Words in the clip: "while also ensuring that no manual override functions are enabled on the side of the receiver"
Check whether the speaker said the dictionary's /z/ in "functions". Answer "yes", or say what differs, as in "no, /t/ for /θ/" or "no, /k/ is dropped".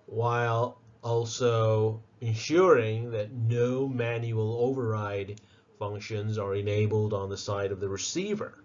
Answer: yes